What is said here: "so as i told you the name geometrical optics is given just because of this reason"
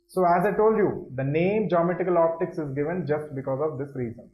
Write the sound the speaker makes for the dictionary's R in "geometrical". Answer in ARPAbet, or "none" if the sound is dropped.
none